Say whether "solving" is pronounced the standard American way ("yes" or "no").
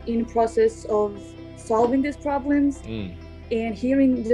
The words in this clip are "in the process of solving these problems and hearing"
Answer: yes